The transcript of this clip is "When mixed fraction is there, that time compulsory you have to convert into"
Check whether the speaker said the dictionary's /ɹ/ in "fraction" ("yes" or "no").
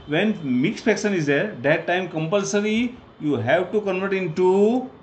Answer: no